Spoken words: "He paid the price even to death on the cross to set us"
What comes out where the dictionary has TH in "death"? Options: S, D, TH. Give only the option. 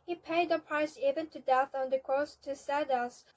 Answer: TH